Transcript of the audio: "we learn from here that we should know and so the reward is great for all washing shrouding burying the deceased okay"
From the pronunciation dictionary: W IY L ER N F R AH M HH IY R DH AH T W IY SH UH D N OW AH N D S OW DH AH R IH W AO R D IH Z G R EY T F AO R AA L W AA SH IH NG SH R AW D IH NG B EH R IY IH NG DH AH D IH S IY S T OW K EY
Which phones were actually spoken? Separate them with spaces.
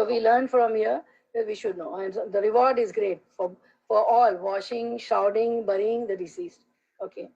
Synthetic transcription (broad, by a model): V IY L ER N F R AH M HH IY R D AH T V IY SH UH D N OW AH N D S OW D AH R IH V AO R D IH Z G R EY T F AO R AA L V AA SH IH NG SH AW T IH NG B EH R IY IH NG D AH D IH S IY S T OW K EY